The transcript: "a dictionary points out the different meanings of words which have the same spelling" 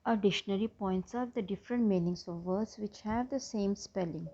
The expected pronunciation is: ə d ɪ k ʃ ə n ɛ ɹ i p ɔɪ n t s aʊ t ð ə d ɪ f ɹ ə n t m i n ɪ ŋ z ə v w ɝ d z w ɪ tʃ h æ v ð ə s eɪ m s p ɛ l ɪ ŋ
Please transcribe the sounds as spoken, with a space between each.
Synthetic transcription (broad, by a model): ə d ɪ ʃ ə n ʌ ɹ i p ɔɪ n t s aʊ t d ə d ɪ f ɹ ə n t m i n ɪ ŋ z ə v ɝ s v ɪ tʃ h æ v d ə s eɪ m s p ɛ l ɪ ŋ